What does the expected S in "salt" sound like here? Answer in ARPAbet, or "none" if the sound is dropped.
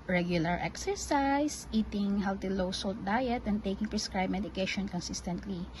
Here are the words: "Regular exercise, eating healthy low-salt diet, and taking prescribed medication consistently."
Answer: S